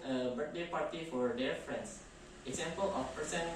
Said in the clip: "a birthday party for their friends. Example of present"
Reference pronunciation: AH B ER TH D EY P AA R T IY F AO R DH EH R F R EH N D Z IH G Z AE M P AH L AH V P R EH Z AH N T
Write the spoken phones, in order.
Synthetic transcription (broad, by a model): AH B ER T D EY P AA R T IY F AO R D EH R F R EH N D S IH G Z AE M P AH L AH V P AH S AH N